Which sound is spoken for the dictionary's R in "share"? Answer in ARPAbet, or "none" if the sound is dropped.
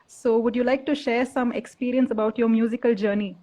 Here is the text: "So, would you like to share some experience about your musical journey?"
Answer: R